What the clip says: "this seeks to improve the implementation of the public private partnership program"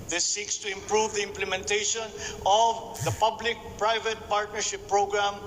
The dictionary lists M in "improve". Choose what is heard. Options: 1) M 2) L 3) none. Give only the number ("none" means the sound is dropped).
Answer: 1